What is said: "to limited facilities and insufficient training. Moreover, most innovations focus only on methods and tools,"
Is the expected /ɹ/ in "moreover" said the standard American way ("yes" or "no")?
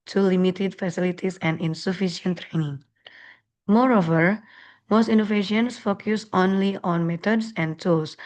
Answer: yes